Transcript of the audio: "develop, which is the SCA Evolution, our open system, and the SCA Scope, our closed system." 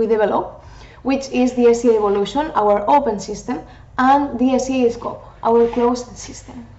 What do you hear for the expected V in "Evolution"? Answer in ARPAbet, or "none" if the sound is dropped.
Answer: B